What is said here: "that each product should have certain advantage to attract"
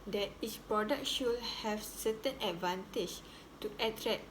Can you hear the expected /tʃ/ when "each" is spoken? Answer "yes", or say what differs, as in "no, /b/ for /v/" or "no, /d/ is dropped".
no, /s/ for /tʃ/